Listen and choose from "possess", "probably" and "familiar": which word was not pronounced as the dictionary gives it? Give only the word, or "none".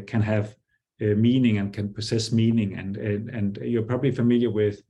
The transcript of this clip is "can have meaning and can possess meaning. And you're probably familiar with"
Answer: possess